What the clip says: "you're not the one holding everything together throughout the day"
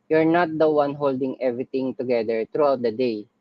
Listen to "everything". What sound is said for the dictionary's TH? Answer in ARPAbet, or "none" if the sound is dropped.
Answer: T